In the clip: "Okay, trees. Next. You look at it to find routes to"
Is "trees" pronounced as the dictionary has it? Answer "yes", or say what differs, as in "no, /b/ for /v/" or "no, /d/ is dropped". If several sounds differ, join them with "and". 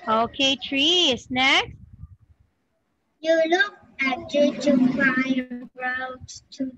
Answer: no, /s/ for /z/